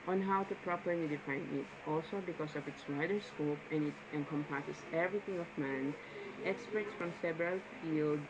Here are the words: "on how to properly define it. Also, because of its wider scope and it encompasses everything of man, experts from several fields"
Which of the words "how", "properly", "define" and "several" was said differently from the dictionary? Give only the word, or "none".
several